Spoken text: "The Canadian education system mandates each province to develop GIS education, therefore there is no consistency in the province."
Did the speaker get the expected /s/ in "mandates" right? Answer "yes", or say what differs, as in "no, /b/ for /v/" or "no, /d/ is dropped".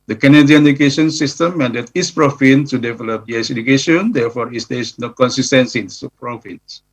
no, /s/ is dropped